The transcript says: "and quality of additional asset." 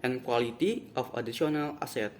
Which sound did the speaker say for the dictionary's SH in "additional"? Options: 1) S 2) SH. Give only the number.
1